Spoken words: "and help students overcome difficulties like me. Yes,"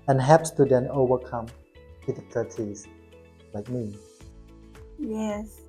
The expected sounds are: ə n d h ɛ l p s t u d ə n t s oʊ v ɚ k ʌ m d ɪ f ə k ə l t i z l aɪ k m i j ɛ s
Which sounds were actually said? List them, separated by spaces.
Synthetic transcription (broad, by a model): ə n h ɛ p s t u d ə n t oʊ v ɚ k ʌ m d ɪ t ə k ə t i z l aɪ k m i j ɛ s